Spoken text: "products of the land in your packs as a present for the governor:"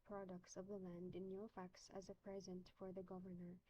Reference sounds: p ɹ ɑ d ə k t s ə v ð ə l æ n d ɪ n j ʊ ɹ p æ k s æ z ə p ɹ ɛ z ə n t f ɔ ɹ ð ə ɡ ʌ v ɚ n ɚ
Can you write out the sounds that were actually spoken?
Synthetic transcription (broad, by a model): p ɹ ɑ d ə k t s ə v ð ə l æ n d ɪ n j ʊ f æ k s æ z ə p ɹ ɛ z ə n t f ɔ ɹ ð ə ɡ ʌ v ɚ n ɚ